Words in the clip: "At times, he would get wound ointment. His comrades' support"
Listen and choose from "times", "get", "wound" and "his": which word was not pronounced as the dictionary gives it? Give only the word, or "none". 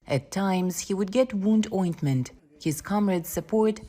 none